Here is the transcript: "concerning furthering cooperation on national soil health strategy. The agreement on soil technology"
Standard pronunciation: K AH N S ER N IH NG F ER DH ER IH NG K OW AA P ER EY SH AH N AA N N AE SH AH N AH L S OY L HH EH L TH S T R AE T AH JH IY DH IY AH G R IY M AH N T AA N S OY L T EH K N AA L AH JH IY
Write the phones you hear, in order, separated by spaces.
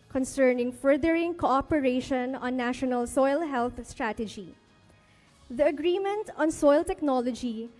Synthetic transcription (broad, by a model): K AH N S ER N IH NG F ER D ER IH NG K OW AA P ER EY SH AH N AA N N AE SH AH N AH L S OY L HH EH L T S T R AE T AH JH IY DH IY AH G R IY M AH N T AA N S OY L T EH K N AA L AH JH IY